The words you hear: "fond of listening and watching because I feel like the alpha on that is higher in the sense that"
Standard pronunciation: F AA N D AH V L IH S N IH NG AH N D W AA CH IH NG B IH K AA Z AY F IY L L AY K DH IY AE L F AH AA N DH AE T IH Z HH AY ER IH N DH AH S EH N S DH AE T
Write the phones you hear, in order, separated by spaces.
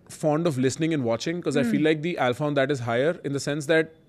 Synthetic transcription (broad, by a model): F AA N D AH V L IH S N IH NG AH N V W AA CH IH NG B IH K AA Z AY F IY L L AY K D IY AE L F AH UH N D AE T IH Z HH AY ER IH N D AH S EH N S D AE T